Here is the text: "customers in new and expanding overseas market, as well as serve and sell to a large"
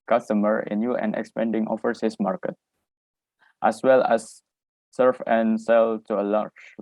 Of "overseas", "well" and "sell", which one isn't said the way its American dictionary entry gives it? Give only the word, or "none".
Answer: overseas